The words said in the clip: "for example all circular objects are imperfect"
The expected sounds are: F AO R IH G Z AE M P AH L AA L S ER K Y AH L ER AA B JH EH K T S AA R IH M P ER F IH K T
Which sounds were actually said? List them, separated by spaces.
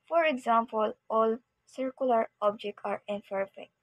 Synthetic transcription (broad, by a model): F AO R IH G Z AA M P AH L AA L S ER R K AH L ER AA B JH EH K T AA R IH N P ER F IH K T